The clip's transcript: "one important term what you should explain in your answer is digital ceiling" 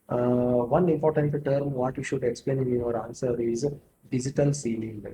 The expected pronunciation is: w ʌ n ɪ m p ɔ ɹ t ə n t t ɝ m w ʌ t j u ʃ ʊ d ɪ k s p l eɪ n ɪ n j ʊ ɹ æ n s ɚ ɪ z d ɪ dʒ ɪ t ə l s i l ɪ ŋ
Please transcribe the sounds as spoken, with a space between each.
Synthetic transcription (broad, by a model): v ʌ n ɪ m p ɔ ɹ t ə n t t ɝ m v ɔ t j u ʃ ʊ d ɪ k s p l eɪ n ɪ n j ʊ ɹ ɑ n s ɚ ɪ z d ɪ dʒ ɪ t ə l s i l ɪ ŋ